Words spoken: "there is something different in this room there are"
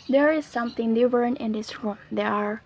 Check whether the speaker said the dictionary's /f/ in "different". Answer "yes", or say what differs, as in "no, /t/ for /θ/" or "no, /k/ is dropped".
no, /f/ is dropped